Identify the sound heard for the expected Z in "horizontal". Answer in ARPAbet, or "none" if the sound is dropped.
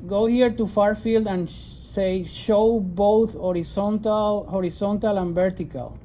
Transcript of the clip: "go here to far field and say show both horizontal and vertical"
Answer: S